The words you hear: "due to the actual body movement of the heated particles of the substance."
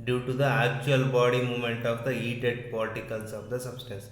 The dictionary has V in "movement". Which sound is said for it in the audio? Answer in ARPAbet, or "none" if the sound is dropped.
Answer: none